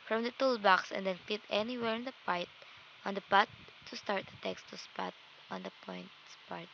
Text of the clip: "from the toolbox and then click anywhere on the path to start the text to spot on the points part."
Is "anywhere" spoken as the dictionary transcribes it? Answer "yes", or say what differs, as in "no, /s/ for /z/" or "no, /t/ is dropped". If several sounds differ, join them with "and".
yes